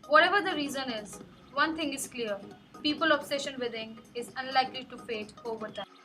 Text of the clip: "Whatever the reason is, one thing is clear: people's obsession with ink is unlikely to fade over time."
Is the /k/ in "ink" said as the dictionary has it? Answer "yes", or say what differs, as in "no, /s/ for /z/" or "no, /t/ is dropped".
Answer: no, /k/ is dropped